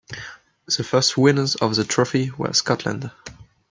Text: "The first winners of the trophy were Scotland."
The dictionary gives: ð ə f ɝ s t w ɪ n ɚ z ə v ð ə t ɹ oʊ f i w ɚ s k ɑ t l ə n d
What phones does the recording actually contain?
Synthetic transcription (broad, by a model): ð ə f ɝ s t w ɪ n ɚ z ə v ð ə t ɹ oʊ f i w ɚ s k ɑ t l ə n d